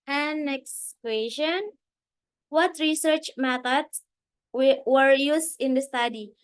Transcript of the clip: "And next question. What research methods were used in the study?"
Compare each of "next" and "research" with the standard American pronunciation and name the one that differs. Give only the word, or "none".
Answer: none